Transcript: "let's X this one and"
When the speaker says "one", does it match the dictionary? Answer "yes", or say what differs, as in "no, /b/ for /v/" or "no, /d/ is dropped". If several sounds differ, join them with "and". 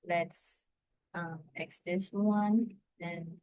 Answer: yes